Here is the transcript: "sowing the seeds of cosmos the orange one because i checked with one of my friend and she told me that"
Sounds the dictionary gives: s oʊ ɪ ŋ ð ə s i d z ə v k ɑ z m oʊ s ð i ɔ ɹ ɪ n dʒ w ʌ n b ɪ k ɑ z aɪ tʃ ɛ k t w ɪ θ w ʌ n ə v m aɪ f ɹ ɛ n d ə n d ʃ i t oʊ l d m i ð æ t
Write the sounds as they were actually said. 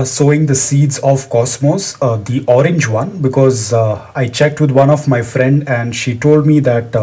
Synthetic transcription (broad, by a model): s oʊ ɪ ŋ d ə s i d z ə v k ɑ s m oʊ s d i ɔ ɹ ɪ n dʒ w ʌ n b ɪ k ɑ z aɪ tʃ ɛ k t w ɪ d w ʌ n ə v m aɪ f ɹ ɛ n d ə n d ʃ i t oʊ l d m i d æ t